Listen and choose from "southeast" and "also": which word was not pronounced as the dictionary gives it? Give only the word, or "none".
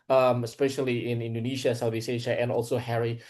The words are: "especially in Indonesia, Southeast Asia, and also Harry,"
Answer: southeast